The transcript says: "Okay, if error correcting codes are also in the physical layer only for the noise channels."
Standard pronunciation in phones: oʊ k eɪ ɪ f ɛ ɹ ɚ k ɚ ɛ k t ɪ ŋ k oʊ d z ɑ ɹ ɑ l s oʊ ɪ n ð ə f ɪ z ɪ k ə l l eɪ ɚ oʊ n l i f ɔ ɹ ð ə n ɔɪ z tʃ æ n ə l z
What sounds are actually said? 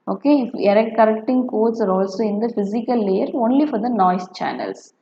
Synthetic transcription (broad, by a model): oʊ k eɪ ɪ f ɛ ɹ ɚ k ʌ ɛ k t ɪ ŋ k oʊ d s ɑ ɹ ɑ l s oʊ ɪ n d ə f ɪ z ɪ k ə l l eɪ ɚ oʊ n l i f ɔ ɹ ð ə n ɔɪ s tʃ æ n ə l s